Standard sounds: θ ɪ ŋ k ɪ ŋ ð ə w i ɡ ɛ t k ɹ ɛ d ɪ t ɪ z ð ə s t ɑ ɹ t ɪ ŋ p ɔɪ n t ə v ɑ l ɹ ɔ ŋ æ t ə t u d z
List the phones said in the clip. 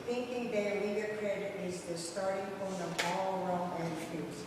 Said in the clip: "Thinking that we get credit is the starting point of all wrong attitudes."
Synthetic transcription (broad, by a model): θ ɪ ŋ k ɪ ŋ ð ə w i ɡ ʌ k ɹ ɛ d ɪ t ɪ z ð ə s t ɑ ɹ t ɪ ŋ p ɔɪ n ə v ɑ l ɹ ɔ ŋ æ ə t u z